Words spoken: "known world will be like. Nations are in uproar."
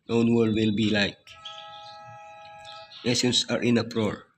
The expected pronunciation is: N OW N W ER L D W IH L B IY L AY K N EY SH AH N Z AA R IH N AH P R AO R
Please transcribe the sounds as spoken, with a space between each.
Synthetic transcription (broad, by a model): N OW N W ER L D W IH L B IY L AY K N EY S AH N S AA R IH N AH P R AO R